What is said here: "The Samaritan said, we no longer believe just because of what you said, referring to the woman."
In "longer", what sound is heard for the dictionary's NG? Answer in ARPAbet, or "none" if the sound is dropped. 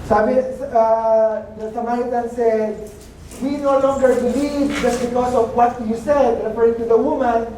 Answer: NG